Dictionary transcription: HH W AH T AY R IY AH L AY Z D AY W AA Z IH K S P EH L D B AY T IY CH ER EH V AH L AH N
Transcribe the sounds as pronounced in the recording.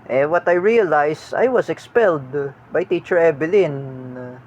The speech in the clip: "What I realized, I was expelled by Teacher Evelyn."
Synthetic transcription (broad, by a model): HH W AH T AY R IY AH L AY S AY W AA S IH K S P EH L D B AY T IY CH ER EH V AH L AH N